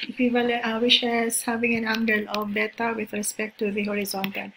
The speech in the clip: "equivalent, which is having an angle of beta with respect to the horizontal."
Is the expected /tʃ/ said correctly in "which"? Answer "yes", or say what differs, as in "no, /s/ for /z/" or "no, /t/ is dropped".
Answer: no, /ʃ/ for /tʃ/